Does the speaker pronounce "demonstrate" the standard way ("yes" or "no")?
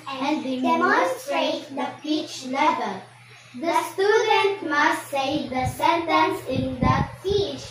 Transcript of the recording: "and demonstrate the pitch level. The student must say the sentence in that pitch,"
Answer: no